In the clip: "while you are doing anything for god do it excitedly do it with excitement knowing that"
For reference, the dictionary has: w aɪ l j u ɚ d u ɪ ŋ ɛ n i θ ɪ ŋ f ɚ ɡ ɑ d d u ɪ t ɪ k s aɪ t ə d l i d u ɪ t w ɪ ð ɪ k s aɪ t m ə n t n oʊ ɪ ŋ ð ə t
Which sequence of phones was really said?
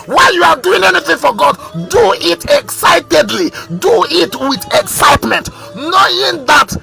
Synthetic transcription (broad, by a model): w aɪ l j u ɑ d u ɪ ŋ ɛ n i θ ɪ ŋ f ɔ ɡ ɑ d d u ɪ t ɪ k s aɪ t ə d l i d u ɪ t w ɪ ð ɪ k s aɪ t m ə n t n oʊ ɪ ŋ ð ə t